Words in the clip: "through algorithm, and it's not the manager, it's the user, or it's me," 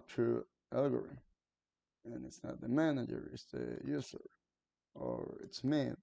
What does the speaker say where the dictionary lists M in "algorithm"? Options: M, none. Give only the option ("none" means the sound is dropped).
none